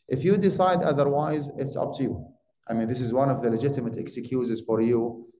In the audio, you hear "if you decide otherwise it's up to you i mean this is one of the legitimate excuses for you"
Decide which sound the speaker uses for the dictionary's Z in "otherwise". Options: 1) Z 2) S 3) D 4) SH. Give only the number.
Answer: 1